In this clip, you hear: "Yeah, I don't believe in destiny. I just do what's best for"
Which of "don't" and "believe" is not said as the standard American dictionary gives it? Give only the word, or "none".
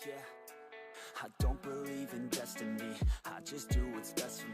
none